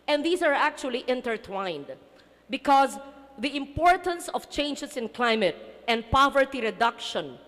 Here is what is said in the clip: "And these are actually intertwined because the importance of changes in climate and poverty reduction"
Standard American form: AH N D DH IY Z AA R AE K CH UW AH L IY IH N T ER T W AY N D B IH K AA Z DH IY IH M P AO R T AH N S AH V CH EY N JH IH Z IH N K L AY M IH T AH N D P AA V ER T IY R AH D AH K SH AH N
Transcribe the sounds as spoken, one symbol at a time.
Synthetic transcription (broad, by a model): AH N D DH IY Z AA R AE K CH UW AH L IY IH N T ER T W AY N D B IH K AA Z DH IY IH M P AO R T AH N S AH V CH EY N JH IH S IH N K L AY M IH T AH N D P AA V ER T IY R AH D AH K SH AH N